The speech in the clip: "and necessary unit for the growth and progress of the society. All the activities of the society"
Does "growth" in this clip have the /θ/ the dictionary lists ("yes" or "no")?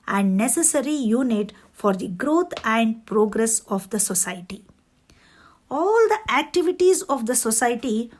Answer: no